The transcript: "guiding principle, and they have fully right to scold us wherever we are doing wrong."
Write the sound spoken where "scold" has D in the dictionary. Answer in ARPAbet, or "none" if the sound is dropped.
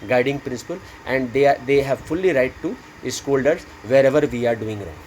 D